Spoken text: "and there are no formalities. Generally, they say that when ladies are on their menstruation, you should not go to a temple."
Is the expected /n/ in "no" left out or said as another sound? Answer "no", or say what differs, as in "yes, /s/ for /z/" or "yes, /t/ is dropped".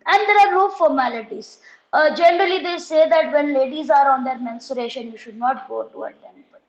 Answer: yes, /l/ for /n/